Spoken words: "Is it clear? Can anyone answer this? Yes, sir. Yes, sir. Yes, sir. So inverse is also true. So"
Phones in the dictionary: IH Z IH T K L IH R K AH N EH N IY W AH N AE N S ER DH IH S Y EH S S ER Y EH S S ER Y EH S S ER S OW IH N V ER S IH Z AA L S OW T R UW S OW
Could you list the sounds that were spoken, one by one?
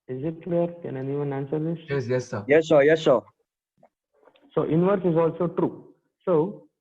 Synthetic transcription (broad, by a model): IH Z IH T K L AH R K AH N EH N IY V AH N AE N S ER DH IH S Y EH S S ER Y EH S S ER Y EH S S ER S OW IH N V ER S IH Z AA L S OW T R UW S OW